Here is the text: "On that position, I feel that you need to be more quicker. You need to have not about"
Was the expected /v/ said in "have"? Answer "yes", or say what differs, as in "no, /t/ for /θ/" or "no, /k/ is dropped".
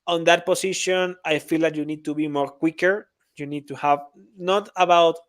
yes